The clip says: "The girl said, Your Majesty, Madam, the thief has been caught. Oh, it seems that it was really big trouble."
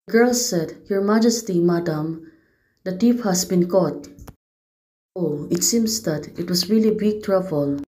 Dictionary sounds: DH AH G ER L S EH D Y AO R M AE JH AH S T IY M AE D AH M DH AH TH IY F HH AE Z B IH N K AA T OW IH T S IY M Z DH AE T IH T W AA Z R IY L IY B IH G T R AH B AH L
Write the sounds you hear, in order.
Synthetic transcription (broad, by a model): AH G ER L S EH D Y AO R M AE JH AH S T IY M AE D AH M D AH T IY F HH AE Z B IH N K AA T OW IH T S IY M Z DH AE T IH T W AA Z R IY L IY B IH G T R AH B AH L